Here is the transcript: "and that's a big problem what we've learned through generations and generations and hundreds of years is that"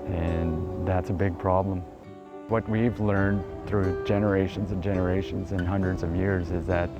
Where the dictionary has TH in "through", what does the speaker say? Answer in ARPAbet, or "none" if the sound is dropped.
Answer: TH